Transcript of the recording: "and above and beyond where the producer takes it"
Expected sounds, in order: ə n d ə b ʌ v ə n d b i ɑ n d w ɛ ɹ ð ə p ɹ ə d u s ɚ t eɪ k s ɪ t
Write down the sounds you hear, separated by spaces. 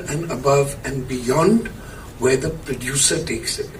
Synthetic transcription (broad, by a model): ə n d ə b ʌ v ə n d b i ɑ n d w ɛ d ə p ɹ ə d u s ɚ t eɪ k s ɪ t